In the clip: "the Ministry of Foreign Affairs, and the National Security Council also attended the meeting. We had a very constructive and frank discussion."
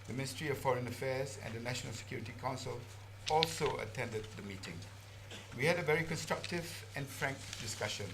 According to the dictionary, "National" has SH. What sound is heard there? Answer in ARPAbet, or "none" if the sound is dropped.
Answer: SH